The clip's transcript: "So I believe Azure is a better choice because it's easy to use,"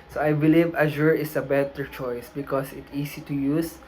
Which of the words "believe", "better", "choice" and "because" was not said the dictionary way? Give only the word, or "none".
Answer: because